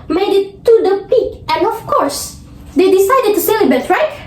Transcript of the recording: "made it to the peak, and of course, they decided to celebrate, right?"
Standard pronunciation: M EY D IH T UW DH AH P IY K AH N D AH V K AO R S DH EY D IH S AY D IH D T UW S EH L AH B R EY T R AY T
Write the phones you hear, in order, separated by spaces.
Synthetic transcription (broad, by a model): M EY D IH T UW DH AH P IY K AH N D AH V K AO R S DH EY D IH S AY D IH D T UW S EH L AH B EY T R AY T